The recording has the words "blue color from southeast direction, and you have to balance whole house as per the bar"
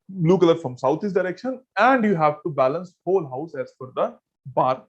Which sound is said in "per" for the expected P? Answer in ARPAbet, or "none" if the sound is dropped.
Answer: F